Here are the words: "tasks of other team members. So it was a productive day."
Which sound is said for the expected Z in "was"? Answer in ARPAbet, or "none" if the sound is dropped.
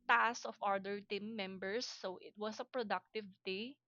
S